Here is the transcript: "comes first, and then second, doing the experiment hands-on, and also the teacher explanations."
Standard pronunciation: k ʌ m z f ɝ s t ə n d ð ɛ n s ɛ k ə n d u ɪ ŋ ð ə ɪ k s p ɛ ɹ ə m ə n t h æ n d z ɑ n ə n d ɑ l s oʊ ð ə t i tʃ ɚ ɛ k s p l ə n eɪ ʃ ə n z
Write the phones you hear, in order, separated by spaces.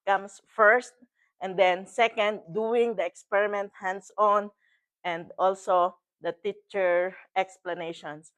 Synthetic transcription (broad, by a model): k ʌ m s f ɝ s t ə n d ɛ n s ɛ k ə n d u ɪ ŋ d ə ɪ k s p ɛ ɹ ə m ə n t h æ n d s ɑ n ə n d ɑ l s oʊ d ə t i tʃ ɚ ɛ k s p l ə n eɪ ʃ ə n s